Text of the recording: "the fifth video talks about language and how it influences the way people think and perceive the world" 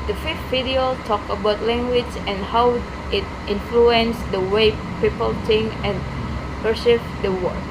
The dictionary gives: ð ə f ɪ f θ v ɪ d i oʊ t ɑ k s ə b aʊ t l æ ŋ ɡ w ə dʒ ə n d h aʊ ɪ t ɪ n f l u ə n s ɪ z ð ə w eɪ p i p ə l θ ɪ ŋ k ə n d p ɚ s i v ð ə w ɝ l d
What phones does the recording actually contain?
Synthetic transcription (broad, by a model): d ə f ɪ f t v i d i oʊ t ɑ k ə b aʊ t l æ ŋ ɡ w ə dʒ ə n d h aʊ ɪ t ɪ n f l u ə n s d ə w eɪ p i p ə l t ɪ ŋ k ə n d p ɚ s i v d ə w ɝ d